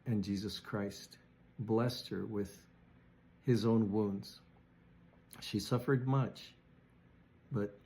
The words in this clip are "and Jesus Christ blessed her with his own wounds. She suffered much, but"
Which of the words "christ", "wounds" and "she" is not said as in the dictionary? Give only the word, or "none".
none